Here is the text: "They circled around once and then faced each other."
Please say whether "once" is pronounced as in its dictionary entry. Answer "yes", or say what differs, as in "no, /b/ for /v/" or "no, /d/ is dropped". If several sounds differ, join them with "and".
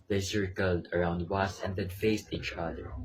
no, /n/ is dropped